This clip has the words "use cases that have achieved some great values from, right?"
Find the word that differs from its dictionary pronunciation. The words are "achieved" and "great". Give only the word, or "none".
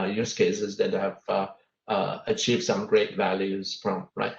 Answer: none